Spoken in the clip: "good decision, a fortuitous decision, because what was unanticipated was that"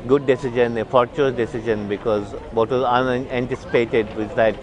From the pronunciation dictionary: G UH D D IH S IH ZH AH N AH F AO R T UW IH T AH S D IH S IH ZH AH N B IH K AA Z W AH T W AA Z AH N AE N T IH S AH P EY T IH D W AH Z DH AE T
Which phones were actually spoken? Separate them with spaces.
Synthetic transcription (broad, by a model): G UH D D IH S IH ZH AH N AH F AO R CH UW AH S D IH S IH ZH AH N B IH K AA Z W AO T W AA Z AH N AE N T IH S AH P EY T IH D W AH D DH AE T